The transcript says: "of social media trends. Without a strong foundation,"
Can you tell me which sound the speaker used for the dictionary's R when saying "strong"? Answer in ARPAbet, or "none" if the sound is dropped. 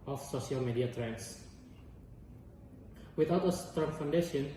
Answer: none